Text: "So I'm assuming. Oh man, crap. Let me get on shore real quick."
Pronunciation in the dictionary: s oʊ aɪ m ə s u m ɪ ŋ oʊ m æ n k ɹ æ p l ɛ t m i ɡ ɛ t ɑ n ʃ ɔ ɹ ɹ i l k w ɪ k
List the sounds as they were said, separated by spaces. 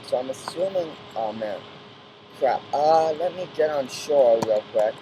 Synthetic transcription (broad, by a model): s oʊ aɪ m ə s u m ɪ ŋ oʊ m æ n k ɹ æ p l ɛ t m i ɡ ɛ t n ʃ ɔ ɹ w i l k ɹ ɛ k